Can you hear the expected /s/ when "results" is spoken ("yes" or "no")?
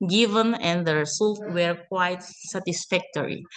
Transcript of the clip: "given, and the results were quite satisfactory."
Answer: no